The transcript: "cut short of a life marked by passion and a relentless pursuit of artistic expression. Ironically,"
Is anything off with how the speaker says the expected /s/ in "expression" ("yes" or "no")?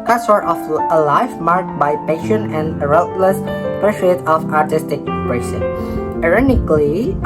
yes